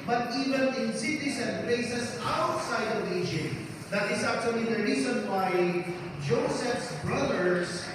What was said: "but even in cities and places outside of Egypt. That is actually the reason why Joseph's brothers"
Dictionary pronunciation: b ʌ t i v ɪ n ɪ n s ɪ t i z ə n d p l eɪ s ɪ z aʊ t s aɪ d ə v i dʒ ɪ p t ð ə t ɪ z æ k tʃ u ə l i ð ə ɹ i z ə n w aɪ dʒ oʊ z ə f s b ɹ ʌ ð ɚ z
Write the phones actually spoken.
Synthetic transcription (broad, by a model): b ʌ t i v ɪ n ɪ n s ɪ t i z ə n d p l eɪ s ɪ s aʊ t s aɪ d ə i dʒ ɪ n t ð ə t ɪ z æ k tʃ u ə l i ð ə ɹ i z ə n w aɪ dʒ oʊ s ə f s b ɹ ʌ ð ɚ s